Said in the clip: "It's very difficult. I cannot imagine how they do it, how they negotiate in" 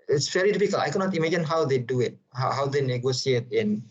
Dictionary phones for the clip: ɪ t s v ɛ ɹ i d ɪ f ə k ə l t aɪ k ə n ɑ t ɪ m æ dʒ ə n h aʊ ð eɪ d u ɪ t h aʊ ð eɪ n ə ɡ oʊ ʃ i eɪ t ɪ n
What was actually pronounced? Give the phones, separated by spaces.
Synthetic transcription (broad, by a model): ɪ t s v ɛ ɹ i d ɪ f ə k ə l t aɪ k ə n ɑ t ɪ m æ dʒ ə n h aʊ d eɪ d u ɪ t h aʊ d eɪ n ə ɡ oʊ s i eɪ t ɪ n